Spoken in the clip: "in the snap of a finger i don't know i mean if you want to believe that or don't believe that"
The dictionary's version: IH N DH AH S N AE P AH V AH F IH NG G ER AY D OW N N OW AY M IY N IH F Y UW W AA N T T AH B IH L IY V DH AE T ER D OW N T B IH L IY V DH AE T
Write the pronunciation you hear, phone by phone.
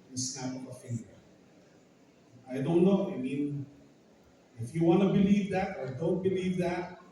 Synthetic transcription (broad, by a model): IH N S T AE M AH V AH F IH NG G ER AY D OW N N OW AY M IY N IH F Y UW W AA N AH B IH L IY V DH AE T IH D OW N T B IH L IY V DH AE T